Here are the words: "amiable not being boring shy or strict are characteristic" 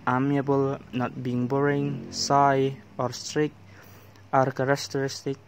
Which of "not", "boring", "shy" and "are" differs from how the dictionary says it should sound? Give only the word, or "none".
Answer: shy